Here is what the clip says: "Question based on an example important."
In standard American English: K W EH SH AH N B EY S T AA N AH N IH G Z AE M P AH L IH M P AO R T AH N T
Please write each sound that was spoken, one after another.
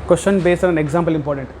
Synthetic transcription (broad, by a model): K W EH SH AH N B EY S AH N AH N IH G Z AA M P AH L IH M P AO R T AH N T